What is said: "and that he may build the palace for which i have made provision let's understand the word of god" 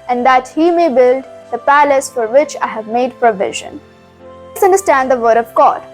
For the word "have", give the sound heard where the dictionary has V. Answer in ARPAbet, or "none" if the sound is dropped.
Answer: V